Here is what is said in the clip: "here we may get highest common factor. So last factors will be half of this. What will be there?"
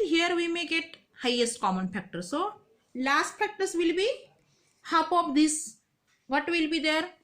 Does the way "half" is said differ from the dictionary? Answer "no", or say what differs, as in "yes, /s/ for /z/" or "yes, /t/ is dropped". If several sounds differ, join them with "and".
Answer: yes, /p/ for /f/